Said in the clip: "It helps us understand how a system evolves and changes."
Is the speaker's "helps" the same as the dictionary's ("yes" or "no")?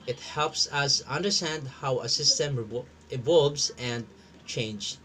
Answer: yes